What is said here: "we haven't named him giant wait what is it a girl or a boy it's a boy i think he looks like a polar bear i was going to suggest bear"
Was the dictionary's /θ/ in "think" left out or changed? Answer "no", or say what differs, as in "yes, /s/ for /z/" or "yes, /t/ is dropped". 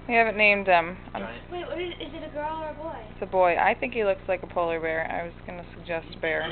no